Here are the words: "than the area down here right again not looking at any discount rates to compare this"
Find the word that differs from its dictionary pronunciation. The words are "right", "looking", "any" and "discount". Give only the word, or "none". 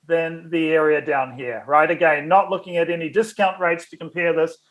none